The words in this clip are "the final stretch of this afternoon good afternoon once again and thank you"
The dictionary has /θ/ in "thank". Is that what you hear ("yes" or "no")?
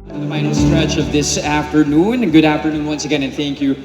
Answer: yes